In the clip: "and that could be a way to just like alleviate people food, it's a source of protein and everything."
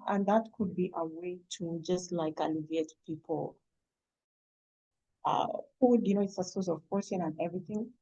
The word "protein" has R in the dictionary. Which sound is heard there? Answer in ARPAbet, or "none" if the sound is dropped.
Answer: none